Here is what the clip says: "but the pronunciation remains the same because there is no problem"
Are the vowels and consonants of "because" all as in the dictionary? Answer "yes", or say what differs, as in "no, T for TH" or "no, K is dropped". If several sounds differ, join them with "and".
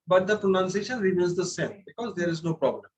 yes